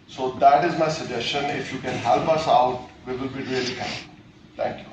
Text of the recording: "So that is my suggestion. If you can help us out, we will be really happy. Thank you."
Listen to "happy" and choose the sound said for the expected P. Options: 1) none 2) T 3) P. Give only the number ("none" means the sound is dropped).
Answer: 1